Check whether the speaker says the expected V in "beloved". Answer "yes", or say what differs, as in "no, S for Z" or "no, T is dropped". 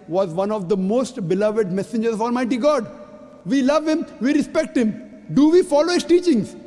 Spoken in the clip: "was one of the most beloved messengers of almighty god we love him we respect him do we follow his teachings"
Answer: yes